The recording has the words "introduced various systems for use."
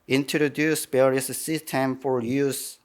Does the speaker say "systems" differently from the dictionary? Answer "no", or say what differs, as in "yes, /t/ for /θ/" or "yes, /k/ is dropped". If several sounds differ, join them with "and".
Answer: yes, /z/ is dropped